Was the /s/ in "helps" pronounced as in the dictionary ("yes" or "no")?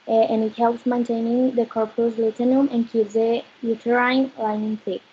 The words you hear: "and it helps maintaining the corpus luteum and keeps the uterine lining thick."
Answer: yes